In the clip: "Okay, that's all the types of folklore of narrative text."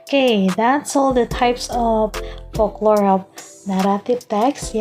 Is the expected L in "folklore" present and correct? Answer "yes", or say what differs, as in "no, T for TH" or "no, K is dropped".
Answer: yes